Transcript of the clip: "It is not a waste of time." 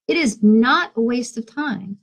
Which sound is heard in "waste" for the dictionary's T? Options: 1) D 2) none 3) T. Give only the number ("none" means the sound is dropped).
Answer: 3